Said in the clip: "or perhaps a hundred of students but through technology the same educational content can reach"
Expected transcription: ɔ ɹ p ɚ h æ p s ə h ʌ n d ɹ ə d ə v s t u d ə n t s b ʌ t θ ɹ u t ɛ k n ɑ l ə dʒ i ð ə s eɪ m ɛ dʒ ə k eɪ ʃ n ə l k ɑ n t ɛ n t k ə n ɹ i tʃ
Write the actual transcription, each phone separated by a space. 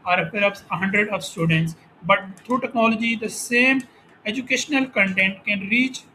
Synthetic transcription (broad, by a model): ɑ ɹ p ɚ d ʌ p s ə h ʌ n d ɹ ə d ə v s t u d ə n t s b ʌ t t ɹ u t ɛ k n ɑ l ə dʒ i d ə s eɪ m ɛ dʒ ə k eɪ ʃ n ə l k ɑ n t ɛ n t k ə n ɹ i tʃ